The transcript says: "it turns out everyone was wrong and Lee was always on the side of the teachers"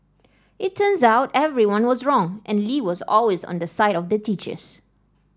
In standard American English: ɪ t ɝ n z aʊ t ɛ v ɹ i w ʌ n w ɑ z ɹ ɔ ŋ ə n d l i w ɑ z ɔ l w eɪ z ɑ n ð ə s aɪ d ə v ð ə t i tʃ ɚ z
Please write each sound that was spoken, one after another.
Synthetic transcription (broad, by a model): ɪ t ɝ n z aʊ t ɛ v ɹ i w ʌ n w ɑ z ɹ ɔ ŋ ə n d l i w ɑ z ɔ l w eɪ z ɑ n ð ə s aɪ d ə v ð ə t i tʃ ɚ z